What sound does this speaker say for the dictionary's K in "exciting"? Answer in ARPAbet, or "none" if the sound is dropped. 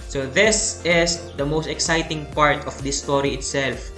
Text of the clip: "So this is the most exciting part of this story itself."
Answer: K